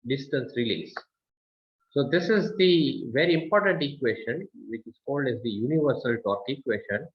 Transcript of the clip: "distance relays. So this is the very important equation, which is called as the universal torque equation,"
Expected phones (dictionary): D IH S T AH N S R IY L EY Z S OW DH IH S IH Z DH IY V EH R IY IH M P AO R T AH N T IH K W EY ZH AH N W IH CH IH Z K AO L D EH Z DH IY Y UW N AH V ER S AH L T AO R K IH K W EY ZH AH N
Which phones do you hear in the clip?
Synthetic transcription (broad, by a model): D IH S T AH N S R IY L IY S S OW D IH S IH Z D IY V EH R IY IH M P AO R T AH N T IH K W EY SH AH N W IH CH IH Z K AO L D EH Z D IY Y UW N AH V ER S AH L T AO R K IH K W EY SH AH N